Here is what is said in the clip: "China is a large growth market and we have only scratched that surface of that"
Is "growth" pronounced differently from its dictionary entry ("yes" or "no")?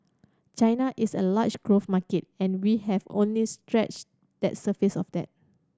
yes